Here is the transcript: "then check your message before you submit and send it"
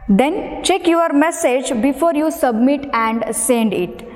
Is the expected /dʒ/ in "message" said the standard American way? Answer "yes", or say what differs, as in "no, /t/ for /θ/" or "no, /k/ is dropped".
yes